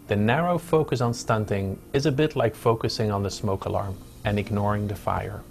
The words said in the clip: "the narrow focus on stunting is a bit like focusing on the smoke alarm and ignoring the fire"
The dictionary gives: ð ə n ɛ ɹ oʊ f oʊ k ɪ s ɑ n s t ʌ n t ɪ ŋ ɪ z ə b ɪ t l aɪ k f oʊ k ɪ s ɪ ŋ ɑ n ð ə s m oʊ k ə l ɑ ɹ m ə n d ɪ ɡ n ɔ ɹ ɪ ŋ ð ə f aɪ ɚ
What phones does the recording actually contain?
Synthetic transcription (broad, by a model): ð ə n ɛ ɹ oʊ f oʊ k ɪ s n s t ʌ n t ɪ ŋ ɪ z ə b ɪ t l aɪ k f oʊ k ɪ s ɪ ŋ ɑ n ð ə s m oʊ k ə l ɑ ɹ m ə n ɪ ɡ n ɔ ɹ ɪ ŋ ð ə f aɪ ɚ